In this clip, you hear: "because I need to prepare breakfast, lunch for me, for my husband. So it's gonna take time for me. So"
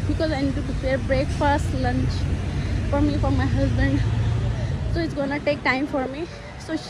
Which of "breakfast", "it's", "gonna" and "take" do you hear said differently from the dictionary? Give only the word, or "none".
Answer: none